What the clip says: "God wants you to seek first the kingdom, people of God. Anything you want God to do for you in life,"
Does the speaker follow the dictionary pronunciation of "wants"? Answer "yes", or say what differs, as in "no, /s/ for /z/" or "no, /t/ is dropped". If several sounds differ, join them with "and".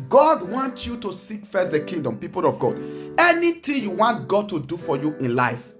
no, /s/ is dropped